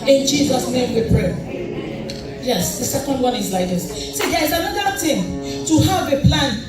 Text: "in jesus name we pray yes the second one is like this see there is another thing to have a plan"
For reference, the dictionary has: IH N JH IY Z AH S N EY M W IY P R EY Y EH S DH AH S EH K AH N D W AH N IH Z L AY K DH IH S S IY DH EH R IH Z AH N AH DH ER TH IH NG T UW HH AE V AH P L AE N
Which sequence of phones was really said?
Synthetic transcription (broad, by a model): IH N JH IY Z AH S N EY M W IY P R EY Y EH S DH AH S EH K AH N D W AH N IH Z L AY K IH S S IY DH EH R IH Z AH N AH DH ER T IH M T UW HH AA V AH P L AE N